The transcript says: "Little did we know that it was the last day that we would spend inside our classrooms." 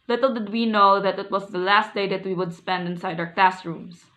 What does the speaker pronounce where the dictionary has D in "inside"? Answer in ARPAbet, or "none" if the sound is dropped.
D